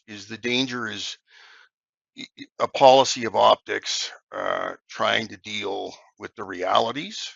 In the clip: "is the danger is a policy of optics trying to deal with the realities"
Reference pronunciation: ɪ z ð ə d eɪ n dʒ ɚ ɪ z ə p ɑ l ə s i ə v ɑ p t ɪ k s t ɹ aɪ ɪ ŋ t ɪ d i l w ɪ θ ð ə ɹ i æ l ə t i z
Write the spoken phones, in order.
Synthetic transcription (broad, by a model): ɪ z ð ə d eɪ n dʒ ɚ ɪ z ə p ɑ l ə s i ə v ɑ p t ɪ k s t ɹ aɪ ɪ ŋ t ɪ d i l w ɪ ð ə ɹ i æ l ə t i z